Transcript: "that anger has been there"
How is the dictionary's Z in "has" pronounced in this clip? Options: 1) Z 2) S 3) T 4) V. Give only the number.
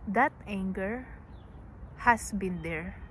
2